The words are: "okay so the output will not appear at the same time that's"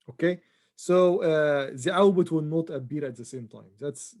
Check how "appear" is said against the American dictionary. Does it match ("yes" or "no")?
no